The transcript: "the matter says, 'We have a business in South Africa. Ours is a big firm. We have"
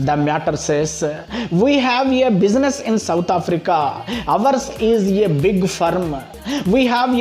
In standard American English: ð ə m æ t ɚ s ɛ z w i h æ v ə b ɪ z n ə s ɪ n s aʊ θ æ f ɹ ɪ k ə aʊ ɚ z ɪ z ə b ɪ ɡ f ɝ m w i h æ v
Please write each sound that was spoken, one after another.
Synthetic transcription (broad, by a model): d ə m æ t ɚ s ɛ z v i h æ v ə b ɪ z n ə s ɪ n s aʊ t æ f ɹ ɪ k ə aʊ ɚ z ɪ z ə b ɪ ɡ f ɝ m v i h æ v